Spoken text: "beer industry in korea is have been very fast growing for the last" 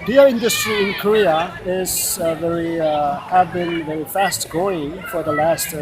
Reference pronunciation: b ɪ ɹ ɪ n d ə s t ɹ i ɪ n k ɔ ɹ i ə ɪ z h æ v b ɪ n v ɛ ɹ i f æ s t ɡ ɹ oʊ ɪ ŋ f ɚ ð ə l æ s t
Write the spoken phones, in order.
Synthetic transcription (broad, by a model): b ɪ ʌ ɪ n d ə s t ɹ i ɪ n k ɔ ɹ i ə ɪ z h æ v b ɪ n v ɛ ɹ i f æ s t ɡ oʊ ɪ ŋ f ɚ ð ə l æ s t